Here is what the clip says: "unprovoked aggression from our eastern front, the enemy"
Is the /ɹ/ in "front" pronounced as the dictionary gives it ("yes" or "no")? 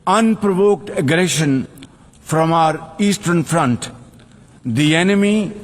yes